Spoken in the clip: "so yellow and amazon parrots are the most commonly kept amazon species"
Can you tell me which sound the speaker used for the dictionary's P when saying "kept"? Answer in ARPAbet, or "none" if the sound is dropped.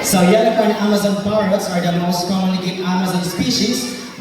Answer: none